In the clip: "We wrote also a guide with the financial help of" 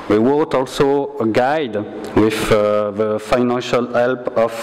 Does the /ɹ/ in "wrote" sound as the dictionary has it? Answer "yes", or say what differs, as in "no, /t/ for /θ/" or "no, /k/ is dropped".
no, /w/ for /ɹ/